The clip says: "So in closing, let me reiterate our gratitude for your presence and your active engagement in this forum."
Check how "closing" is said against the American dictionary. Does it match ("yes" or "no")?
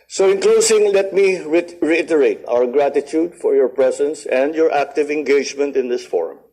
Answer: no